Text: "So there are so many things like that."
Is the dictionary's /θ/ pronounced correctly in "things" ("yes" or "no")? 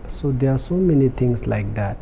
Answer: no